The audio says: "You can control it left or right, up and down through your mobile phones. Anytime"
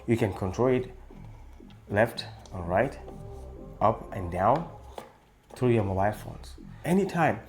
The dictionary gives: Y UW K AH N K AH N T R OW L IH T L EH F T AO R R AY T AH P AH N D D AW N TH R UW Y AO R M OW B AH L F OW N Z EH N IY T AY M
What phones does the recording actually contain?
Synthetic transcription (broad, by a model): Y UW K AH N K AH N T R OW L IH T L EH F T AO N R AY T AH P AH N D D AW N TH R UW Y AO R M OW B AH L F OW N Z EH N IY T AY M